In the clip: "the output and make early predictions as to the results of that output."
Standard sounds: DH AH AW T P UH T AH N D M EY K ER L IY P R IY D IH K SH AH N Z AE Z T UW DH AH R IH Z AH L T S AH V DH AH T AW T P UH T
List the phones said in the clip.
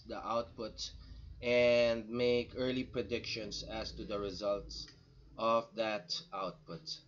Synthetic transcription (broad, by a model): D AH AW T P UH T AH N D M EY K ER L IY P R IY D IH K SH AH N S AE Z T UW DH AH R IH Z AH L T S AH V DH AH T AW T P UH T